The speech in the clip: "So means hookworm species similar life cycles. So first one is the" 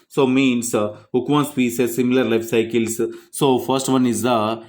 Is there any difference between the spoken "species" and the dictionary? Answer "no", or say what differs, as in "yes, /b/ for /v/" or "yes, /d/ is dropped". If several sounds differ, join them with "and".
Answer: yes, /s/ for /ʃ/